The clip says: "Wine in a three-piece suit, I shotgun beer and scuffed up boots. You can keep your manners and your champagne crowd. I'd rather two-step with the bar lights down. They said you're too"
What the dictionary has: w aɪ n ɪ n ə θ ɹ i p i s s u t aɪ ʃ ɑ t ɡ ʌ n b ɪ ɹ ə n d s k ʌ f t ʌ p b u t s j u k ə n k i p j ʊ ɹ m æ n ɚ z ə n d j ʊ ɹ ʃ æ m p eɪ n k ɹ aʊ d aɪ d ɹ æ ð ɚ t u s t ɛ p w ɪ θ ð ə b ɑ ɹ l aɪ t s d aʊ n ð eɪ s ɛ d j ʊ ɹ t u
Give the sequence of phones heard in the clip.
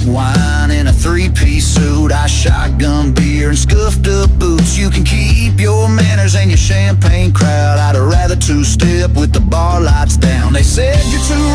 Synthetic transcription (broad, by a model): w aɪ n ɪ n ə θ ɹ i p i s s u t aɪ ʃ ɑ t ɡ ʌ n b ɪ ɹ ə n s k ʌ f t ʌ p b u t s j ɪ k ə n k i p j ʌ ɹ m æ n ɚ z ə n j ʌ ɹ ʃ æ m p eɪ n k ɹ aʊ d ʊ d ɹ æ ð ɚ t u s t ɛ p w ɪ ð ə b ɑ ɹ l aɪ t s d aʊ n ð eɪ s ɛ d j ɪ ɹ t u